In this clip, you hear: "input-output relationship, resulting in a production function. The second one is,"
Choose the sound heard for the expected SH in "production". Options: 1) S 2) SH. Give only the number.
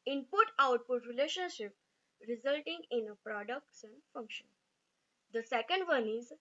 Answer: 1